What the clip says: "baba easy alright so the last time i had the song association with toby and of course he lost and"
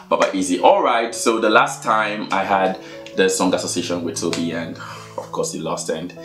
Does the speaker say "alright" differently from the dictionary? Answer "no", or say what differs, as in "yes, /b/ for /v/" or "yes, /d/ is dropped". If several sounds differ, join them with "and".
no